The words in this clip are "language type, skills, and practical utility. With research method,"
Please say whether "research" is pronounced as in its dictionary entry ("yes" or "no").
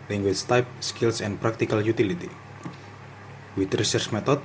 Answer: no